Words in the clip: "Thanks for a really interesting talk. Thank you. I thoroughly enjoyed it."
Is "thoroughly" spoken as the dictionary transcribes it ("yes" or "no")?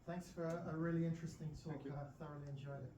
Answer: yes